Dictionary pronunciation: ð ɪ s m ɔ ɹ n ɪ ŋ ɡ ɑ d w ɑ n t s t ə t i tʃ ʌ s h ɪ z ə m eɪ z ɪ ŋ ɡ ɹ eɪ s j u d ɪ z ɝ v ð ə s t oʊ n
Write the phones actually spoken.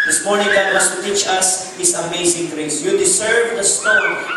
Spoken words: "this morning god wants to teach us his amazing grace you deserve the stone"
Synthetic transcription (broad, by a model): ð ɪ s m ɔ ɹ n ɪ ŋ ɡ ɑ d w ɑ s t ə t i tʃ ʌ s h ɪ s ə m eɪ s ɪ ŋ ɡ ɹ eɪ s j u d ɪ s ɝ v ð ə s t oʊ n